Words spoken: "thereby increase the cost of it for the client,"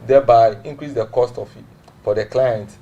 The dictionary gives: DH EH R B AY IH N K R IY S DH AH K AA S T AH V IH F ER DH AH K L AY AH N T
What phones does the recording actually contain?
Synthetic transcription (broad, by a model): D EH B AY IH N K R IY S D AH K AA S T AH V F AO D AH K L AY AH N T